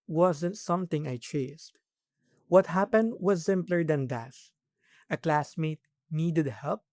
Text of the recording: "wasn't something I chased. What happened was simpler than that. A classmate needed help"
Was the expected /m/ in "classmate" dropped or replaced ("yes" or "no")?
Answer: no